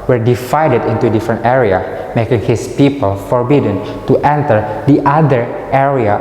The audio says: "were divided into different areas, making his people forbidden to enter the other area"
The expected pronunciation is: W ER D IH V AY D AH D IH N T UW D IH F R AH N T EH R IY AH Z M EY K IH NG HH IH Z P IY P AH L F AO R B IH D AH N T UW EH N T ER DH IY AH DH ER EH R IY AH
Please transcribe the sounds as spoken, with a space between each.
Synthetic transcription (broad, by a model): W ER D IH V AY D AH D IH N T UW D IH F R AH N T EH R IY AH M EY K IH NG HH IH S P IY P AH L F AO R B IH D AH N T UW EH N T ER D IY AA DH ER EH R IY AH